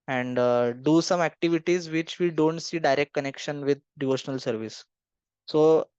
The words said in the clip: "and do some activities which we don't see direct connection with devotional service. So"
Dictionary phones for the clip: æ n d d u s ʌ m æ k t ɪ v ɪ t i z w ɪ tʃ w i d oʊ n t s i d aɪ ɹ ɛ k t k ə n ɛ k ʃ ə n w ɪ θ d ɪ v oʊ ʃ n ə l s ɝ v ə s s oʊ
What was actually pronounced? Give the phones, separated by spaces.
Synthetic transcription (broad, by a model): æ n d d u s ʌ m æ k t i v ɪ t i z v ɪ tʃ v i d oʊ n t s i d aɪ ɹ ɛ k t k ə n ɛ k ʃ ə n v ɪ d d ɪ v oʊ ʃ n ə l s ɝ v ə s s oʊ